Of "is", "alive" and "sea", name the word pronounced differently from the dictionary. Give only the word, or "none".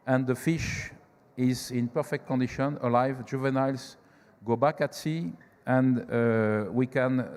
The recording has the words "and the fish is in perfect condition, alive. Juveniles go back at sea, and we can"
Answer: none